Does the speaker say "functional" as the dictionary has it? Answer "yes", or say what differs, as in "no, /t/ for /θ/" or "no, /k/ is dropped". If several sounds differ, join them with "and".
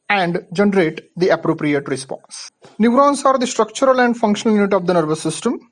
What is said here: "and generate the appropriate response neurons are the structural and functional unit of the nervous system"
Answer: yes